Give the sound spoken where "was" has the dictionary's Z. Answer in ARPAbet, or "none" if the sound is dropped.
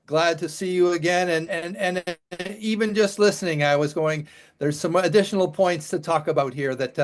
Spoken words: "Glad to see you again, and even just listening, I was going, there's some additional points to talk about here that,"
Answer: Z